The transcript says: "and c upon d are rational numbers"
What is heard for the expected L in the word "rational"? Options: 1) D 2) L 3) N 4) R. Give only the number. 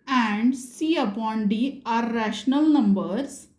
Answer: 2